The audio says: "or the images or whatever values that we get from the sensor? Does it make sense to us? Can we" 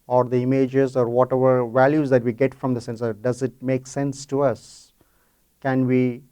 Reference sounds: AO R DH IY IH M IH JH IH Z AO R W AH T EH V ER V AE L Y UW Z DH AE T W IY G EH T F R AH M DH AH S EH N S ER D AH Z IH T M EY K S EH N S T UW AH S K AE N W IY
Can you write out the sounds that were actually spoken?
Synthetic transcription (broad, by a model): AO R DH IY IH M IH JH IH Z AO R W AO T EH V ER V AE L Y UW Z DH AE T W IY G EH T F R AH M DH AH S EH N S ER D AH Z IH T M EY K S EH N S T UW AH S K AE N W IY